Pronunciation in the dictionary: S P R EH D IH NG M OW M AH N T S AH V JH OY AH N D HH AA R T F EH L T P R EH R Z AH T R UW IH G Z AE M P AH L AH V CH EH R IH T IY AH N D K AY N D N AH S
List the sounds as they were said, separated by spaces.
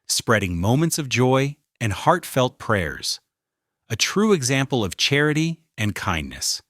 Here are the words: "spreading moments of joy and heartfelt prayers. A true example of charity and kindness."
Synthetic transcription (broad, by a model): S P R EH D IH NG M OW M AH N T S AH V JH OY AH N HH AA R T F EH L T P R EH R Z AH T R UW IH G Z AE M P L AH V CH EH R IH T IY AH N K AY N N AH S